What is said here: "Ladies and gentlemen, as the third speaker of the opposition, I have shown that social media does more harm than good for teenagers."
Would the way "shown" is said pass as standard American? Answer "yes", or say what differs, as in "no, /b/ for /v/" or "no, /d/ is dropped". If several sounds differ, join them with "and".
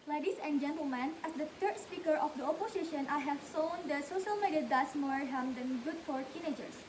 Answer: no, /s/ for /ʃ/